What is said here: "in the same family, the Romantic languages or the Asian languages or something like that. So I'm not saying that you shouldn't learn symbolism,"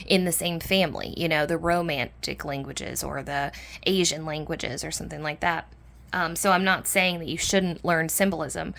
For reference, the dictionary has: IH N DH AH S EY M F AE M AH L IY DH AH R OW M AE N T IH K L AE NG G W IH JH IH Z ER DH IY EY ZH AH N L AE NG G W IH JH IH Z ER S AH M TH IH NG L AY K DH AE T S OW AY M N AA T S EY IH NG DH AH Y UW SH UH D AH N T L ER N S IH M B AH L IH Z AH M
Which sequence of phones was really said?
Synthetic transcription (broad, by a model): IH N DH AH S EY M F AE M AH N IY DH AH R OW M AE N T IH K L AE NG G W IH JH IH Z ER DH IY EY ZH AH N L AE NG G W IH JH IH Z ER S AH M TH IH NG L AY K DH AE T S OW AY M N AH T S EY IH NG DH AH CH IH SH UH D N T L ER N S IH M B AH L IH Z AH M